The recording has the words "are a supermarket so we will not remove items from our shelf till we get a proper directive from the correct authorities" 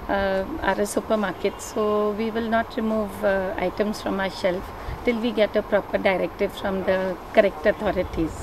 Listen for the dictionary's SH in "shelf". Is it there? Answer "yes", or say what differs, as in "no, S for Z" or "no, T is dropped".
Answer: no, S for SH